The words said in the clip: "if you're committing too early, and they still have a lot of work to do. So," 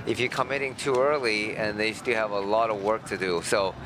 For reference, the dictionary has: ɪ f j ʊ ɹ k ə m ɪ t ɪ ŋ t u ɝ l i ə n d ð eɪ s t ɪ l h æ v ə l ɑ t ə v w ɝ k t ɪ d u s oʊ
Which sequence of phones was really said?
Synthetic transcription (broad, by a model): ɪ f j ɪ k ə m ɪ t ɪ ŋ t u ɝ l i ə n ð eɪ s t ɪ l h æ v ə l ɑ t ə v w ɝ k t ɪ d u s oʊ